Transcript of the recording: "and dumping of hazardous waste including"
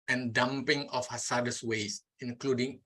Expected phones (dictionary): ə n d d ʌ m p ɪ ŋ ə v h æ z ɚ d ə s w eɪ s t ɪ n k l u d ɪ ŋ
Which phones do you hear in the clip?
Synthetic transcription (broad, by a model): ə n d d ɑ m p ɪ ŋ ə f h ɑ s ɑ d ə s w eɪ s ɪ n k l u d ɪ ŋ